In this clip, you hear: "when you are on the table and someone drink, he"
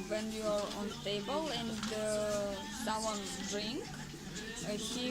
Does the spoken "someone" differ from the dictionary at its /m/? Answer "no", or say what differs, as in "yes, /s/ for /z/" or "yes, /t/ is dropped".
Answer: yes, /m/ is dropped